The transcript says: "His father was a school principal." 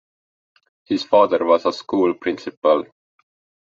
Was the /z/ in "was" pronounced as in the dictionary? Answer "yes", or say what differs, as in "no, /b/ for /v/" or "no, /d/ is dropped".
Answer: no, /s/ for /z/